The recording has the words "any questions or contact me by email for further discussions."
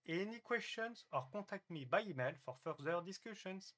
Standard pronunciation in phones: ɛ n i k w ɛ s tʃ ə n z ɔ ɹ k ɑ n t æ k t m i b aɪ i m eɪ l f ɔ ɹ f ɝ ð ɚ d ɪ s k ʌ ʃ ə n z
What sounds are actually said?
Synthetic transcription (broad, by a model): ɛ n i k w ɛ s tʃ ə n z ɔ ɹ k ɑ t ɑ k t m i b aɪ i m eɪ l f ɔ ɹ f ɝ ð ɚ d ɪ s k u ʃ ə n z